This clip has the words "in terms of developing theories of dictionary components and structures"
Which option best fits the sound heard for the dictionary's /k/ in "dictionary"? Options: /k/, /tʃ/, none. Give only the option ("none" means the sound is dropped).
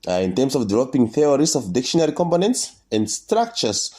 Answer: /k/